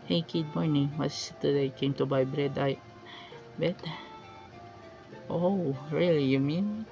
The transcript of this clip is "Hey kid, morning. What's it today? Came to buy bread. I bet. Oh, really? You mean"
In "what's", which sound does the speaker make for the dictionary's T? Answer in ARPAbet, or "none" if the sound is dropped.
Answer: S